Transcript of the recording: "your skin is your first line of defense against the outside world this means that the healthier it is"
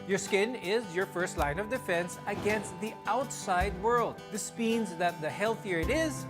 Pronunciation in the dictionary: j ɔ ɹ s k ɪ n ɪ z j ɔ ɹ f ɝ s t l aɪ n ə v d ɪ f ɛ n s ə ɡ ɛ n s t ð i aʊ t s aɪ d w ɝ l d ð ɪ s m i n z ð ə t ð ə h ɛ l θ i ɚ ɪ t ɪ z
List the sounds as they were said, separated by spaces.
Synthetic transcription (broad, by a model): j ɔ ɹ s k ɪ n ɪ z j ɔ ɹ f ɝ s t l aɪ n ə v d ɪ f ɛ n s ə ɡ ɛ n s t ð i aʊ t s aɪ d w ɝ l d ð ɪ s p i n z ð ə t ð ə h ɛ l θ i ɚ ɪ t ɪ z